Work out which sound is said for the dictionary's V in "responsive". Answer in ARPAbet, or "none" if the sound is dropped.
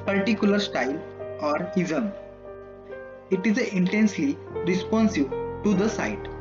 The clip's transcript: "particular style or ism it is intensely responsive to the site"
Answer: B